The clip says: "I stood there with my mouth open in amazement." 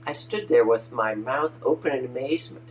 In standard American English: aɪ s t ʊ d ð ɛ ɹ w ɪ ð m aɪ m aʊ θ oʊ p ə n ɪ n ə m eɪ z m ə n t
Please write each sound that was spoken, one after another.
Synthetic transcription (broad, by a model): aɪ s t ʊ d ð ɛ ɹ w ɪ ð m aɪ m aʊ θ oʊ p ə n ɪ n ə m eɪ z m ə n t